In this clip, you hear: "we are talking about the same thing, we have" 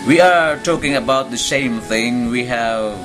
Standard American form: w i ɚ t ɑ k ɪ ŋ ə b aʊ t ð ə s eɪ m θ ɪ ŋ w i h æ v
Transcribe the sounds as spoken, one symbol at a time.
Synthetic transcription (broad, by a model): w i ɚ t ɑ k ɪ ŋ ə b aʊ t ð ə ʃ eɪ m θ ɪ ŋ w i h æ v